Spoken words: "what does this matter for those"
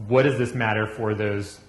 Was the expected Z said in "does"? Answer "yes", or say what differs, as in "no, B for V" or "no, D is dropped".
yes